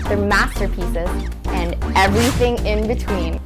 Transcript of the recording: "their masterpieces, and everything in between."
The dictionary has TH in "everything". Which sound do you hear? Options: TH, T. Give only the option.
TH